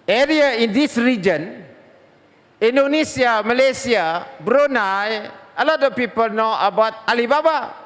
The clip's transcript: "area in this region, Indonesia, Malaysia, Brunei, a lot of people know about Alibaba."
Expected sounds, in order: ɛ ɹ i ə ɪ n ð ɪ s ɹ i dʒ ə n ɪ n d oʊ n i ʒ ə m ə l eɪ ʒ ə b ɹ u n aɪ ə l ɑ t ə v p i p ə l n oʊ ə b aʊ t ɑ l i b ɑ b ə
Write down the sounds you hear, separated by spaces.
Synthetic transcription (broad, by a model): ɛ ɹ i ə ɪ n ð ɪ s ɹ i dʒ ə n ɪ n d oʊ n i s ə m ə l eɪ s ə b ɹ u n aɪ ə l ɑ t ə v p i p ə l n oʊ ə b aʊ t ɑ l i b ɑ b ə